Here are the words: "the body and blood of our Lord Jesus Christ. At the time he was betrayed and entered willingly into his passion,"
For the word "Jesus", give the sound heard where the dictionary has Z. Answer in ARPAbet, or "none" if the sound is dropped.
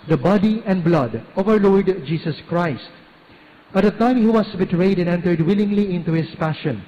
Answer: S